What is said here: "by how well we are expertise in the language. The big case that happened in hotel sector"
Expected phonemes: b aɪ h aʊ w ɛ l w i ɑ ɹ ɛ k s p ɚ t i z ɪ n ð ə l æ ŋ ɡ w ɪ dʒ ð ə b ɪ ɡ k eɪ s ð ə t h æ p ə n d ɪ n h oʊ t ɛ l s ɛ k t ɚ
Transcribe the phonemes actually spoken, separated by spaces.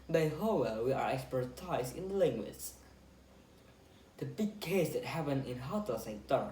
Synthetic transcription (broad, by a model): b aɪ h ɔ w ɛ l w i ɑ ɹ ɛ k s p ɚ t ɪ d ɪ n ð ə l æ ŋ ɡ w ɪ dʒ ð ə b ɪ ɡ k eɪ s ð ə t h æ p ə n ɪ n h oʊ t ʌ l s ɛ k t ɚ